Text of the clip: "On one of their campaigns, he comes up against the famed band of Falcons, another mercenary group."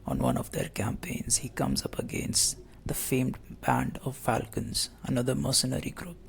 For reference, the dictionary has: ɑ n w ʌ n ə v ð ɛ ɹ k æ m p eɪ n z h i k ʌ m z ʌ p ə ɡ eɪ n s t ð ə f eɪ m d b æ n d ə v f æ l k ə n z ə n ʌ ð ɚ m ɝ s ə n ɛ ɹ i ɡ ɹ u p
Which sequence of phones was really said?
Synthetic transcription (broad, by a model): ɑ n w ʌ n ə v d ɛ ɹ k æ m p eɪ n z h i k ʌ m z ʌ p ə ɡ eɪ n s t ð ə f eɪ m d b æ n d ə v f æ l k ə n z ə n ʌ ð ɚ m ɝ s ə n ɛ ɹ i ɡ ɹ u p